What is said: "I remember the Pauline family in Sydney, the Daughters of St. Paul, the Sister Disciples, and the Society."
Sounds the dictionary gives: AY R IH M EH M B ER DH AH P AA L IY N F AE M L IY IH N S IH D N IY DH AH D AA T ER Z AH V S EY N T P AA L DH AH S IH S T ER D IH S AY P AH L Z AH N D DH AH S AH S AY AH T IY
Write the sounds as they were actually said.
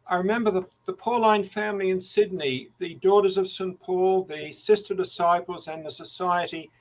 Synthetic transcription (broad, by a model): AY R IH M EH M B ER DH AH P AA L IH N F AE M L IY IH N S IH D N IY DH AH D AA T ER Z AH V S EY N P AA L DH AH S IH S T ER D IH S AY P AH L Z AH N DH AH S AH S AY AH T IY